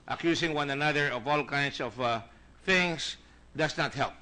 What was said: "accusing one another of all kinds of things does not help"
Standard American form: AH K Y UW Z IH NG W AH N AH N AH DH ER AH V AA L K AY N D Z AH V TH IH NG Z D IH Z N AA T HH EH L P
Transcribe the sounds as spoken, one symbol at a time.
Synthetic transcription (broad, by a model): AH K Y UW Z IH NG W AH N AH N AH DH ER AH V AA L K AY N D S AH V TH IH NG S D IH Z N AA T HH EH L P